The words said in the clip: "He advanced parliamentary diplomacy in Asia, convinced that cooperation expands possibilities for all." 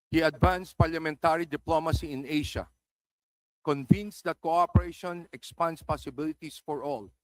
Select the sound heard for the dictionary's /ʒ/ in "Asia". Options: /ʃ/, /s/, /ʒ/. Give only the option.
/ʃ/